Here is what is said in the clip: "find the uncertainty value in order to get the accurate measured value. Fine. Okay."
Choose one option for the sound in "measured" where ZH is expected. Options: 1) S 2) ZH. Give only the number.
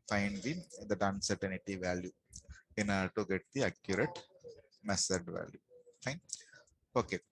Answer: 1